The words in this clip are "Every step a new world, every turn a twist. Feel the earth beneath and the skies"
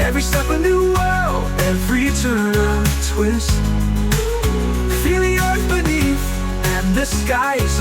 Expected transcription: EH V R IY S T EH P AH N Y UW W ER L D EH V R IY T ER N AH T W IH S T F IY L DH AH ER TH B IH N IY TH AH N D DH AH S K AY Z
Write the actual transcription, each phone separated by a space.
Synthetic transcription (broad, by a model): EH V R IY S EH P AH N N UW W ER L EH V R IY T ER N AH T W IH S T F IY L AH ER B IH N IY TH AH N DH AH S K AY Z